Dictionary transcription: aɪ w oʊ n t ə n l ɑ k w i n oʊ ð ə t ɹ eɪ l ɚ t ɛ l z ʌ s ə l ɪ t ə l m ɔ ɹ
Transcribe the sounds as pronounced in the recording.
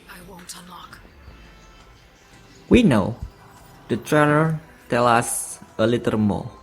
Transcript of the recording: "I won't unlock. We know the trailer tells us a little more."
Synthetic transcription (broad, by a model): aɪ w oʊ n t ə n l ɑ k w i n oʊ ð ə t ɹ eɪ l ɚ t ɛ l ʌ s ə l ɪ t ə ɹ m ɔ